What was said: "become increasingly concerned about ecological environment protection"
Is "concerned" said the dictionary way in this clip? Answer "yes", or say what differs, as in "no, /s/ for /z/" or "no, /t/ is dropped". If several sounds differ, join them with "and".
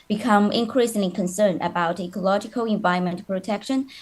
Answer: no, /d/ is dropped